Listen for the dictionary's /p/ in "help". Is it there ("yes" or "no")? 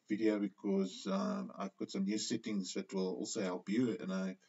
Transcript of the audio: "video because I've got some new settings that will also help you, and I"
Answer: no